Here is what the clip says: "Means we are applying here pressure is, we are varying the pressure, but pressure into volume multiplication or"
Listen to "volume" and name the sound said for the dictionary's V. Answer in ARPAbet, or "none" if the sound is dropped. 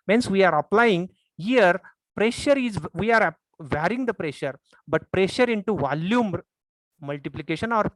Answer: V